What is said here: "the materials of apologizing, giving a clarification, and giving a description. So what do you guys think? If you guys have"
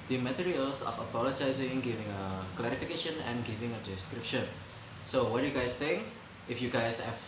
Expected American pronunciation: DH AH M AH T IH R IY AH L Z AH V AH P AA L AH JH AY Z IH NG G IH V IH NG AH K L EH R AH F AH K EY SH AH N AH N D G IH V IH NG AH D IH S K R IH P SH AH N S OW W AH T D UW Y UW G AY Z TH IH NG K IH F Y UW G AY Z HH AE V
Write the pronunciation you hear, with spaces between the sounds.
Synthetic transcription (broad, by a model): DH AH M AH T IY R IY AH L S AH F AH P AA L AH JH AY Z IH NG G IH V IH NG AH K L EH R AH F AH K EY SH AH N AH N G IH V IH NG AH D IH S K R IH P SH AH N S OW W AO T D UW Y UW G AY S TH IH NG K IH F Y UW G AY S HH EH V